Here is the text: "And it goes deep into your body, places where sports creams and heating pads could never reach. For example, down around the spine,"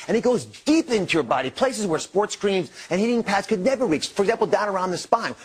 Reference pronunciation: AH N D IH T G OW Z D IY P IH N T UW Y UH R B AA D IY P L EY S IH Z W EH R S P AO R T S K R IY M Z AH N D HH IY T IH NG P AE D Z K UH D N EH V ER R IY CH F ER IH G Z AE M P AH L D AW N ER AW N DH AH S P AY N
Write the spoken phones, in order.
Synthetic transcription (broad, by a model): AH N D IH T G OW Z D IY P IH N T UW Y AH R B AA D IY P L EY S IH Z W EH R S P AO R T S K R IY M Z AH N HH IY T IH NG P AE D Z K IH D N EH V ER R IY CH F ER G Z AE M P L D AW N ER AW N DH AH S P AY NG